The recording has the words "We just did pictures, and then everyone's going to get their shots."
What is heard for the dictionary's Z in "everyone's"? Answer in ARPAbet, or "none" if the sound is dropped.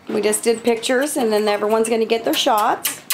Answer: Z